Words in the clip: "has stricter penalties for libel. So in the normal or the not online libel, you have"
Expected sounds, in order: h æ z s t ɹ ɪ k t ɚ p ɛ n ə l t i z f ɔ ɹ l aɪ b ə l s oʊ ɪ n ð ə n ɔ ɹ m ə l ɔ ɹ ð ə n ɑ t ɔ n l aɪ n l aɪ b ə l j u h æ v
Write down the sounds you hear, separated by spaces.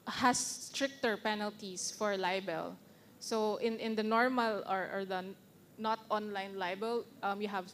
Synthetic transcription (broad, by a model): h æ s t ɹ ɪ k t ɚ p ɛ n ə l t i s f ɔ ɹ l aɪ b ə l s oʊ ɪ n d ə n ɔ ɹ m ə l ɔ ɹ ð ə n ɑ t ɔ n l aɪ n l aɪ b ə l j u h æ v